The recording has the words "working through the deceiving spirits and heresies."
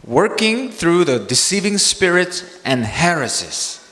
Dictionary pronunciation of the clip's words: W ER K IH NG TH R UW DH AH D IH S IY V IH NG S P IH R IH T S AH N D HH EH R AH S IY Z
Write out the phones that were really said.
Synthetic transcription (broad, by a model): W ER K IH NG TH R UW DH AH D IH S IY V IH NG S P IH R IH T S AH N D HH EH R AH S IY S